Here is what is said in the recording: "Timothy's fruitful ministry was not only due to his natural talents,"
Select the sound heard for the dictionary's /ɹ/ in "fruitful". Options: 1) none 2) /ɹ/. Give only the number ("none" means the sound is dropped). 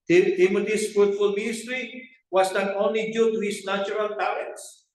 2